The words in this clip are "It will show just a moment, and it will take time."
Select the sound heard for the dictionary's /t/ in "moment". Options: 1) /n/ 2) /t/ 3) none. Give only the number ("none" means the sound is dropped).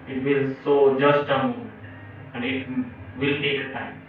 3